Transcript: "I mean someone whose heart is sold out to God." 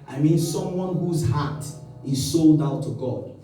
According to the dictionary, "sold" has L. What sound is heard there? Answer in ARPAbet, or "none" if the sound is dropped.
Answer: L